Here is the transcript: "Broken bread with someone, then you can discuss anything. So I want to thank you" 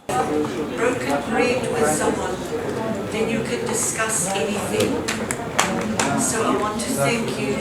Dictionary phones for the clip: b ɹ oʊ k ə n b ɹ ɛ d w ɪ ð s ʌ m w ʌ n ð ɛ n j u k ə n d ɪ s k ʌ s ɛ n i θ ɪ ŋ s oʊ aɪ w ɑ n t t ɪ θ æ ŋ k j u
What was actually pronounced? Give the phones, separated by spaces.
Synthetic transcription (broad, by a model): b ɹ oʊ k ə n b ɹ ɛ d w ɪ ð s ʌ m w ʌ n ð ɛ n j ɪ k ə n d ɪ s k ʌ s ɛ n i θ ɪ ŋ s oʊ aɪ w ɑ n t t ɪ θ æ ŋ k j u